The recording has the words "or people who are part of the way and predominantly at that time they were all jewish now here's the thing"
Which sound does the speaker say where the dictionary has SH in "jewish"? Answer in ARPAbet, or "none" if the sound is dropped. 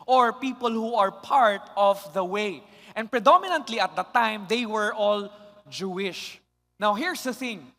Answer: SH